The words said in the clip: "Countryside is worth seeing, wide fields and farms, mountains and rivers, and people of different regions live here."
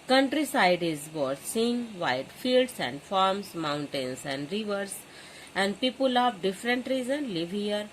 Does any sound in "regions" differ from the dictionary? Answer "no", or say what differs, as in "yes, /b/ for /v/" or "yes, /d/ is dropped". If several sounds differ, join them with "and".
yes, /z/ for /dʒ/